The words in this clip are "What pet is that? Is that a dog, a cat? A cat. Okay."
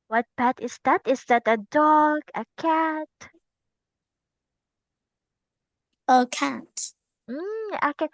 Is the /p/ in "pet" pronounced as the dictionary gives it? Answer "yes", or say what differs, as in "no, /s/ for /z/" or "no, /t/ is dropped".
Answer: no, /b/ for /p/